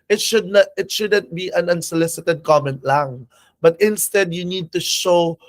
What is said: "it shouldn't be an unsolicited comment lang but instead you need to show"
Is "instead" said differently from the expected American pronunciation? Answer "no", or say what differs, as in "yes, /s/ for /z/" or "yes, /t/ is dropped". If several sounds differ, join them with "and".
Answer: no